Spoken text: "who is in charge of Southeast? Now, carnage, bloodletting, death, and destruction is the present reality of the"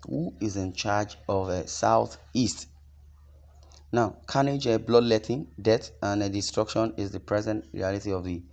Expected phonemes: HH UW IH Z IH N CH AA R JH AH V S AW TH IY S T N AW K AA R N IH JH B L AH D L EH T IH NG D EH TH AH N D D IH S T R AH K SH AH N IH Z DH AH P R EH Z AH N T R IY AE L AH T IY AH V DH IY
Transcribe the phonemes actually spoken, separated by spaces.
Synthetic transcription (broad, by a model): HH UW IH Z IH N CH AA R JH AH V S AW TH IY S T N AW K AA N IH JH B L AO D L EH T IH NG D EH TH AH N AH D IH S T R AH K SH AH N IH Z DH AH P R EH Z AH N T R IY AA L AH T IY AH V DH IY